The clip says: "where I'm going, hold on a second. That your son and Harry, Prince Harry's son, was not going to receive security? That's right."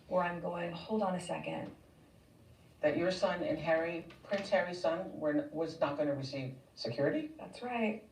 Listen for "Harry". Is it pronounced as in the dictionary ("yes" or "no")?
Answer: yes